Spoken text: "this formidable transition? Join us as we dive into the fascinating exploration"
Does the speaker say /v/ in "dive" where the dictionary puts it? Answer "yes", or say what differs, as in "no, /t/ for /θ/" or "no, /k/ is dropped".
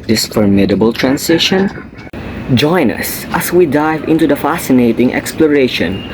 yes